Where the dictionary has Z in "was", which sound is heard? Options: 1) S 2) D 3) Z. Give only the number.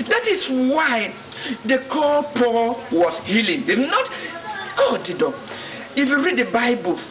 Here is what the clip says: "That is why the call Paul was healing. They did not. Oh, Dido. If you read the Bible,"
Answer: 1